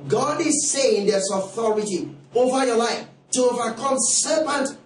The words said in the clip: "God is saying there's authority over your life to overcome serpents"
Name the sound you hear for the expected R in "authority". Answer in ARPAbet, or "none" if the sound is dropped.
R